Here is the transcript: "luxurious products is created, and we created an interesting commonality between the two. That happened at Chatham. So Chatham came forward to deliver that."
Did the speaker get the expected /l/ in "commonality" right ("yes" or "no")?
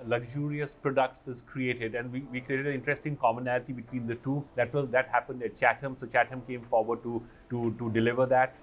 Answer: yes